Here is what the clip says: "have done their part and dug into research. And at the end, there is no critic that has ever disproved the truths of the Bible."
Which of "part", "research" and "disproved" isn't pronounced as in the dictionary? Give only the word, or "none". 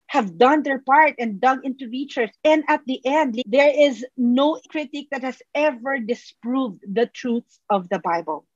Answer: research